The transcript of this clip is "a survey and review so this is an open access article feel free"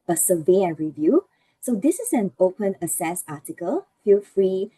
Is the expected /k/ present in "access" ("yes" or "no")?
no